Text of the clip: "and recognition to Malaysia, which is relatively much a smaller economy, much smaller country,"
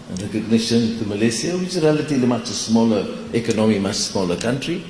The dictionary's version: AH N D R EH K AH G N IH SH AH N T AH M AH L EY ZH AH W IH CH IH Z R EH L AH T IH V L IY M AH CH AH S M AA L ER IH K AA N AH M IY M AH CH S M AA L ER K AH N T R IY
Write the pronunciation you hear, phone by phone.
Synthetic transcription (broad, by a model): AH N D R EH K AH G N IH SH AH N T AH M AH L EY S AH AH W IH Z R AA L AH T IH L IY M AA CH AH S M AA L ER IH K AA N AH M IY M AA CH S M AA L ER K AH N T R IY